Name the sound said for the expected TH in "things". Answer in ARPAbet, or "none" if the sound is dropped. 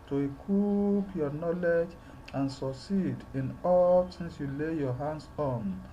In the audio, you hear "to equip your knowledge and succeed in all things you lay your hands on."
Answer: S